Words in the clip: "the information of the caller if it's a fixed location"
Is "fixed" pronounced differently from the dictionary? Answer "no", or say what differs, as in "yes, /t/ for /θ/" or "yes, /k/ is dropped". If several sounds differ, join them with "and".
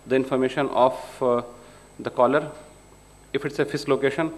yes, /k/ is dropped